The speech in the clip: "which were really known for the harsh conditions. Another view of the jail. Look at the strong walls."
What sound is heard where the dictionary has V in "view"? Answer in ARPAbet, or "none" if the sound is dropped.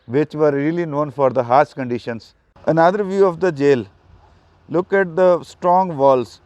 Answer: V